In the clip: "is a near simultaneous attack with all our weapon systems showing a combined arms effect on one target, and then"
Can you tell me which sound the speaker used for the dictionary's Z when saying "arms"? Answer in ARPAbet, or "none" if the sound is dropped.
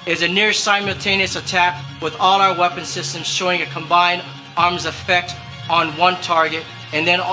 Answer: Z